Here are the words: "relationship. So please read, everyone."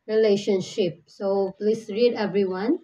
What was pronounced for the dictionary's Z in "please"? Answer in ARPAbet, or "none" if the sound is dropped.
S